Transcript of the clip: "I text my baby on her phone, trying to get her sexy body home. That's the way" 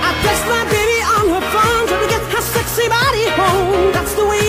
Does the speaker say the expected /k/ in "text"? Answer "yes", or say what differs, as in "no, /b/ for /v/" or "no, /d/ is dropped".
no, /k/ is dropped